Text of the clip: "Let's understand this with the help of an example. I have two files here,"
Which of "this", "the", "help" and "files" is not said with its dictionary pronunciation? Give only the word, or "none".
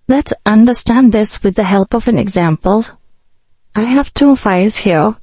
files